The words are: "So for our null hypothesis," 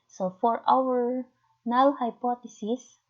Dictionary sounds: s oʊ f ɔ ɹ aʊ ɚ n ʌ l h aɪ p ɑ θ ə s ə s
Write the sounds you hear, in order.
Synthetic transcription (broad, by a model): s oʊ f ɔ ɹ aʊ ɚ n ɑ w h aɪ p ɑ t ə s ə s